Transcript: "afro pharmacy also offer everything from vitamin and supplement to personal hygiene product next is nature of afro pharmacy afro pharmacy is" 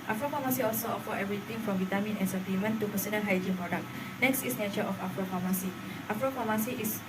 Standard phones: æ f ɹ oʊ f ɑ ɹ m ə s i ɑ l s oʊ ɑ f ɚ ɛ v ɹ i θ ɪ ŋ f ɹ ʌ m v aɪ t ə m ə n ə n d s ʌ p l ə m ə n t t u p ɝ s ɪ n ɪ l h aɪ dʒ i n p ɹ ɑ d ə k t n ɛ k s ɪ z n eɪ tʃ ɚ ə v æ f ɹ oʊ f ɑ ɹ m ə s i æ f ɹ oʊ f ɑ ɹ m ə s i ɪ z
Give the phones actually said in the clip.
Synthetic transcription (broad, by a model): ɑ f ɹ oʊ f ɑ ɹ m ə s i ɑ l s oʊ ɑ f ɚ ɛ v ɹ i t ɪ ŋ f ɹ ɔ m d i t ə m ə n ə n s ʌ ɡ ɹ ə m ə n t t u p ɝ s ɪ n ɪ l h aɪ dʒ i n p ɹ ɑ d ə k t n ɛ k s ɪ s n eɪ tʃ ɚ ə f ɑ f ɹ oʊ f ɑ m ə s i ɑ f ɹ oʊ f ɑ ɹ m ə s i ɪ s